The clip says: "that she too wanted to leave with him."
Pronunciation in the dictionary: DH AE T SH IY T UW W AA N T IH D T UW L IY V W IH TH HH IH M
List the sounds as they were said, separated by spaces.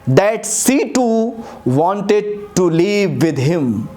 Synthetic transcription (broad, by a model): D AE T S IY T UW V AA N T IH D T UW L IY V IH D HH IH M